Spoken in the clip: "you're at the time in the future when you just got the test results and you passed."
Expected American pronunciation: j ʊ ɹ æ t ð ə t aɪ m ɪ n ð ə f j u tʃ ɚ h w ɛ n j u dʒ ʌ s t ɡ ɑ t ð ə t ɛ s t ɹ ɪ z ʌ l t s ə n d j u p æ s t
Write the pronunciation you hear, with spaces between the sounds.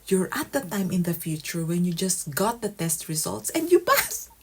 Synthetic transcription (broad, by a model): j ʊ ɹ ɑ t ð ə t aɪ m ɪ n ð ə f j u tʃ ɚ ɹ w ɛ n j u dʒ ʌ s t ɡ ɑ t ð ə t ɛ s t ɹ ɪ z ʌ l t s ə n d j u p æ s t